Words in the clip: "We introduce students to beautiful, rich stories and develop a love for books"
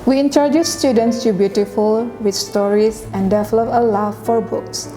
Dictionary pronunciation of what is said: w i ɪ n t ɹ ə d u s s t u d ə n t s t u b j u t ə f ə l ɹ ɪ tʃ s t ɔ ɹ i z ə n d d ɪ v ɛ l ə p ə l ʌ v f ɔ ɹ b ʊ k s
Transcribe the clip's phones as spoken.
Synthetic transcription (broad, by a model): w i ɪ n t ɹ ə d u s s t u d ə n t s t u b j u t ə f ə l w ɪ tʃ s t ɔ ɹ i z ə n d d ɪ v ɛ l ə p ə l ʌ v f ɔ ɹ b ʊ k s